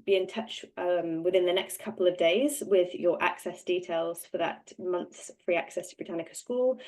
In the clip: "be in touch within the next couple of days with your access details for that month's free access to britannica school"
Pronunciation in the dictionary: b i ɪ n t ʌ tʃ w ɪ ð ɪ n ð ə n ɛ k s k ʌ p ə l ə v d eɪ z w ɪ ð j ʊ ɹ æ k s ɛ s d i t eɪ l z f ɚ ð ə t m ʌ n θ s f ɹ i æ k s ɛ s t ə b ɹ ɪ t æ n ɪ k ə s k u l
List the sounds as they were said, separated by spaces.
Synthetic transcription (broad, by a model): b i ɪ n t ʌ tʃ w ɪ ð ɪ n ð ə n ɛ k s k ʌ p ə l ə v d eɪ z w ɪ ð j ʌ ɹ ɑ k s ɛ s d i t eɪ l z f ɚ ð ə t m ʌ n θ s f ɹ i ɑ k s ɛ s t ə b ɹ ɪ t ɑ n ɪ k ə s k u l